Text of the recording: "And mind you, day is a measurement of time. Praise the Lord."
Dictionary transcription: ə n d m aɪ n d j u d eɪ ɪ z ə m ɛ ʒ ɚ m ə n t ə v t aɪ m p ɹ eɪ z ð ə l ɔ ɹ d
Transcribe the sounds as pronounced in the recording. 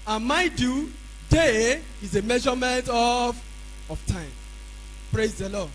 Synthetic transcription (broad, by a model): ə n m aɪ d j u d eɪ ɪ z ə m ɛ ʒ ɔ m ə n t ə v t aɪ m p ɹ eɪ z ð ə l ɔ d